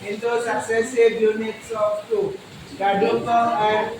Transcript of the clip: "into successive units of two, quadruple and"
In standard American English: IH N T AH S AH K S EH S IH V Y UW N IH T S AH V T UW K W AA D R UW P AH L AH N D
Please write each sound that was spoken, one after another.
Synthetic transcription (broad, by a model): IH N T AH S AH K S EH S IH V Y UW N IH T S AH F T UW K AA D UW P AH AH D